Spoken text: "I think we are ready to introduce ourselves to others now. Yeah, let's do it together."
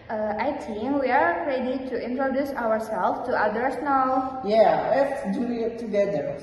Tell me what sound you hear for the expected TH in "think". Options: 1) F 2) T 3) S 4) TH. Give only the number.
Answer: 2